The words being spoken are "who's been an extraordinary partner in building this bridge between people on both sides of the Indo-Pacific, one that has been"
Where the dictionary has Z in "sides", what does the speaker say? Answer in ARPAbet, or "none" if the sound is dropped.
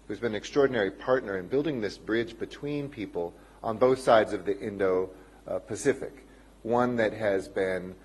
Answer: Z